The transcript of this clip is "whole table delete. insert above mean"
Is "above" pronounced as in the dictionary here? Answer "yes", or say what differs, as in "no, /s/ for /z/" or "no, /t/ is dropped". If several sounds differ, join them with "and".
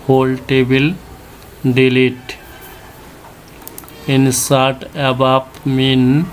no, /p/ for /v/